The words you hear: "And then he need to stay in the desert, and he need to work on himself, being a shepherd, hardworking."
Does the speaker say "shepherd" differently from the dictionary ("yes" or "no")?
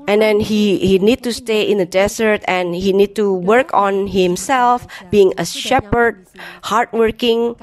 no